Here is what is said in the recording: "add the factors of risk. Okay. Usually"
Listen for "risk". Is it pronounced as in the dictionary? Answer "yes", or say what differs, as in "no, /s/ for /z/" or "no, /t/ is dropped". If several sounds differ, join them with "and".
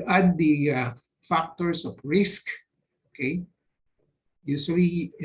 yes